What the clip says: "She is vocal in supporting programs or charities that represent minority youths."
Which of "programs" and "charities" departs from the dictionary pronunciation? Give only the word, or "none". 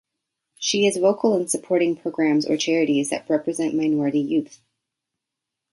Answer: none